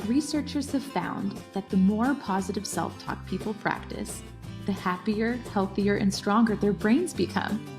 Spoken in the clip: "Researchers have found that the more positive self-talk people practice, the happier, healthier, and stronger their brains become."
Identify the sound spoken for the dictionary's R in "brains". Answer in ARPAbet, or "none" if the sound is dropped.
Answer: R